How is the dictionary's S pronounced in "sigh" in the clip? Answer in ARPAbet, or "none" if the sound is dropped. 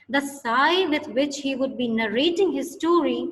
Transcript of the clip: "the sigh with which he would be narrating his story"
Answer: S